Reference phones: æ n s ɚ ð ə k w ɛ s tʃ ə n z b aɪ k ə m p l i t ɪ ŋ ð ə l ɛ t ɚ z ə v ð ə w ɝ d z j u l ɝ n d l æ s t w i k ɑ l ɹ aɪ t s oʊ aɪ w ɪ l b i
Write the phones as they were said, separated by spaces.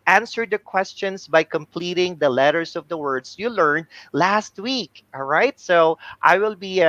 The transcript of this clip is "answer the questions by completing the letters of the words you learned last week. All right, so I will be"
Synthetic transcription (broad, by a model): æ n s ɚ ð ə k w ɛ s tʃ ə n s b aɪ k ə m p l i t ɪ ŋ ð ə l ɛ t ɚ s ə v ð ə w ɝ d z j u l ɝ n d l æ s t w i k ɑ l ɹ aɪ t s oʊ aɪ w ɪ l b i